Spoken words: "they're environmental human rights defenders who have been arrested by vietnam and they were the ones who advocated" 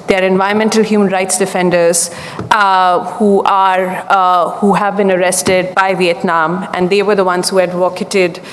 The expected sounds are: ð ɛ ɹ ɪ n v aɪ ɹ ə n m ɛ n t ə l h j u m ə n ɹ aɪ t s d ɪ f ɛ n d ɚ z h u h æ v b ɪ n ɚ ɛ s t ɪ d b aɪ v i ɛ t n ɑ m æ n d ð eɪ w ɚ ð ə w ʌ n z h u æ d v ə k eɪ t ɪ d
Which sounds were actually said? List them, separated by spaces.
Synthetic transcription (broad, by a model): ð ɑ ɹ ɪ n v aɪ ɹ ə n m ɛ n t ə l h j u m ə n ɹ aɪ t s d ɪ f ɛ n d ɚ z h u h æ v b ɪ n ɚ ɛ s t ɪ d b aɪ v i ɛ t n ɑ m æ n d eɪ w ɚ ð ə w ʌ n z h u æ d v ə k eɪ t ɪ d